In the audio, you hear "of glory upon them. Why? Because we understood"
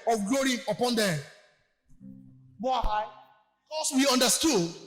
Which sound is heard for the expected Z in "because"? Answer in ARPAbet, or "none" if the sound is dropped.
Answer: S